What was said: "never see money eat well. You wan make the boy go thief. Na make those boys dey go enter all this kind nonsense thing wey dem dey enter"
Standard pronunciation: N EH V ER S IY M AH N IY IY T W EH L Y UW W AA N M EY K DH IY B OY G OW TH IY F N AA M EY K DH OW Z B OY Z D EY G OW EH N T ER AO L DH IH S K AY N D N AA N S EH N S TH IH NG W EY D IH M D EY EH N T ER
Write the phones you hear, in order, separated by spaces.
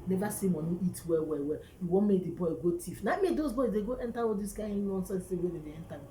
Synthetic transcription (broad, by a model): N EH V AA S IY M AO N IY IY T W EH W Y UW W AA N M EY K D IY B OY G OW T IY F N AA M EY K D OW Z B OY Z D EY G OW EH N T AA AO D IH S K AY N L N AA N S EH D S T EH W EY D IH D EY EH N T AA